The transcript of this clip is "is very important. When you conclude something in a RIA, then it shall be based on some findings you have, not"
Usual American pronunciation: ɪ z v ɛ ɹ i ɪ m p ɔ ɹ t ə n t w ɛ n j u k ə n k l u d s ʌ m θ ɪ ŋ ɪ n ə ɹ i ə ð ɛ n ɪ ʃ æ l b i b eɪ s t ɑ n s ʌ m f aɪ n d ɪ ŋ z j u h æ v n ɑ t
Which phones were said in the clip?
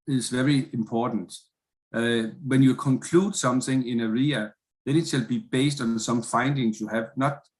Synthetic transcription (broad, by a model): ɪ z v ɛ ɹ i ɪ m p ɔ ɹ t n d w ɛ n j u k ə n k l u d s ʌ m θ ɪ ŋ ɪ n ə ɹ i ə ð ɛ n ɪ s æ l b i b eɪ s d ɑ n s ʌ m f aɪ n d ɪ ŋ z j u h æ v n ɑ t